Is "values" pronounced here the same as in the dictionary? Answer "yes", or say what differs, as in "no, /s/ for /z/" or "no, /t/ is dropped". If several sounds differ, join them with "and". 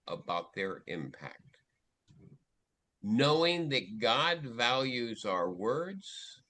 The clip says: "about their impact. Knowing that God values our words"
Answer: yes